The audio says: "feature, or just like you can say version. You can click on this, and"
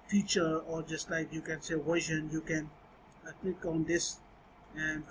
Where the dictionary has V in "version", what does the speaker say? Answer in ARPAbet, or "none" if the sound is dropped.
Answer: W